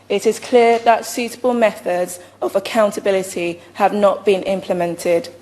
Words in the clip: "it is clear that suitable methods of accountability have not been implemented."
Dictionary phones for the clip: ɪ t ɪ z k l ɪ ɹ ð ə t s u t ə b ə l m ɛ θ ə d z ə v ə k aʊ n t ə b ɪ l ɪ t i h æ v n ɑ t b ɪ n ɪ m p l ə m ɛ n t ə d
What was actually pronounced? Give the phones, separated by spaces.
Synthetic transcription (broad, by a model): ɪ t ɪ z k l ɪ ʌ ð ə t s u t ə b ə l m ɛ θ ə d z ə v ə k aʊ n t ə b ɪ l ɪ t i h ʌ v n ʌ t b ɪ n ɪ m p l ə m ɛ n t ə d